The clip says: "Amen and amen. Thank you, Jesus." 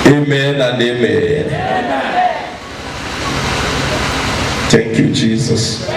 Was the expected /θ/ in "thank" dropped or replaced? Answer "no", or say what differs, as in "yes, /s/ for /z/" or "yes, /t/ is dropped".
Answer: yes, /t/ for /θ/